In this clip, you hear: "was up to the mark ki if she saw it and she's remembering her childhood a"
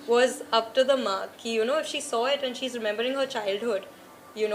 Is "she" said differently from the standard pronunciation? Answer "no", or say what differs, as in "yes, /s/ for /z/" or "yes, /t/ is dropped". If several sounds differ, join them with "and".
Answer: no